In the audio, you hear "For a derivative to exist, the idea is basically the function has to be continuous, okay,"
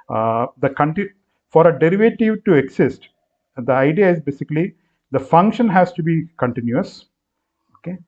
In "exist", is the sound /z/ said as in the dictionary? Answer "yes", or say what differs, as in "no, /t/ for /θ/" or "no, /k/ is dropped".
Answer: no, /s/ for /z/